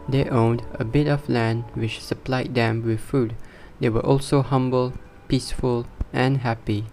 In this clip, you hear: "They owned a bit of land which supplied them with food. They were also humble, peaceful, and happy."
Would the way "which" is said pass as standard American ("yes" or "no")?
yes